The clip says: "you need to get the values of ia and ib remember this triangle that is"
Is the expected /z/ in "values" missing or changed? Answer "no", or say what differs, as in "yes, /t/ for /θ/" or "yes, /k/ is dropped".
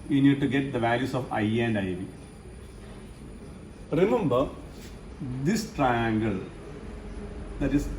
yes, /s/ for /z/